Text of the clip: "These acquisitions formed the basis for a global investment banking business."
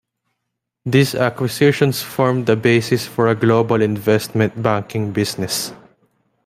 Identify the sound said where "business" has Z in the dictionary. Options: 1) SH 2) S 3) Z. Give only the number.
2